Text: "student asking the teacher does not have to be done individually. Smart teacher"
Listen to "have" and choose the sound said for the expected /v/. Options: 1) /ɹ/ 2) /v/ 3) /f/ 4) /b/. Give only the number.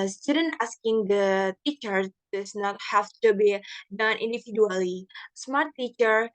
3